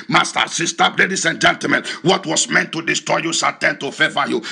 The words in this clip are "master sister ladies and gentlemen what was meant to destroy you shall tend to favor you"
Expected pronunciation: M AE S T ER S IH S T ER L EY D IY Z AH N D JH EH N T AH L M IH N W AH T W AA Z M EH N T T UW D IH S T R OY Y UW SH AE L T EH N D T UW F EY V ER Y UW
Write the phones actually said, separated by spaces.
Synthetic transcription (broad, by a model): M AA S T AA S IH S T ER L EY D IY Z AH N JH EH N T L M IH N W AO T W AA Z M EH N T T UW D IH S T R OY Y UW S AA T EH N T UW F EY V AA Y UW